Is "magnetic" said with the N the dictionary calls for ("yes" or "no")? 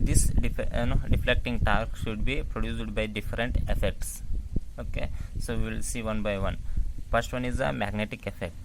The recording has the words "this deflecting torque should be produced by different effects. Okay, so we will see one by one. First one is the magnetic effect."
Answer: yes